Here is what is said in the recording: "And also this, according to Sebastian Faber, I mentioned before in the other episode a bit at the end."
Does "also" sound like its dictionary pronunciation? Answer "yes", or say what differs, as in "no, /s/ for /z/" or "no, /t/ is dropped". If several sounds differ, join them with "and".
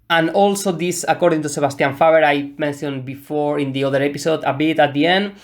yes